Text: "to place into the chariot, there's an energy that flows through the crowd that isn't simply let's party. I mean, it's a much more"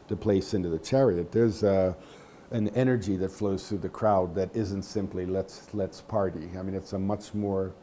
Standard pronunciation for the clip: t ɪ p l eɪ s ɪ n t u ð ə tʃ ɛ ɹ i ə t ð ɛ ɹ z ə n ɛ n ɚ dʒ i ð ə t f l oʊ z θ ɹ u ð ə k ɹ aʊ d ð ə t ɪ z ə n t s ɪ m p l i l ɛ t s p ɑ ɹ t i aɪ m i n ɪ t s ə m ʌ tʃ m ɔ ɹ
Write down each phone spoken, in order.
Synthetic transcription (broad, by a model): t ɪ p l eɪ s ɪ n t u ð ə tʃ ɛ ɹ i ə t ð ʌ ɹ z ə n ɛ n ɚ dʒ i ð ə t f l oʊ z θ ɹ u ð ə k ɹ aʊ d ð ə t ɪ z ə n t s ɪ m p l i l ɛ t s p ɑ ɹ t i aɪ m i n ɪ t s ə m ʌ tʃ m ɔ ɹ